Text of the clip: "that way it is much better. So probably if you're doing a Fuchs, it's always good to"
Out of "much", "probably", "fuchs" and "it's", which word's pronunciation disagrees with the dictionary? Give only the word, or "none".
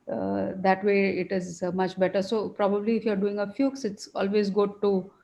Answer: none